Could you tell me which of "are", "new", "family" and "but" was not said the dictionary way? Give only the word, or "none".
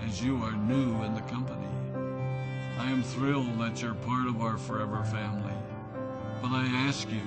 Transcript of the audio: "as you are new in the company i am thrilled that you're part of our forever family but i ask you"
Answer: none